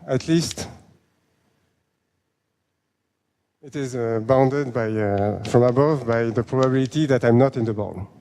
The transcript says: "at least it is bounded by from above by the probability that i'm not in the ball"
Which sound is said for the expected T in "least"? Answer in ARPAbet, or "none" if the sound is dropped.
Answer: T